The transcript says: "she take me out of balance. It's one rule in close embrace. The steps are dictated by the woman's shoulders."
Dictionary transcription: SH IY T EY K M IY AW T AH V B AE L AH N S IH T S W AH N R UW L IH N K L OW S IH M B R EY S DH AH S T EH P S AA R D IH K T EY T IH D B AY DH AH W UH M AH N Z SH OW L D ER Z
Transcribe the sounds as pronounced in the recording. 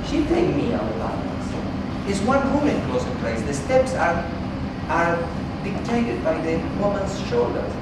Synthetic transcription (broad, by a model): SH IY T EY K M IY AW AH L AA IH AH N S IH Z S W AH N W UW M IH N K L OW S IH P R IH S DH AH S T EH P S AA R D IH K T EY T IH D B AY DH AH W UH M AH N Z SH OW L D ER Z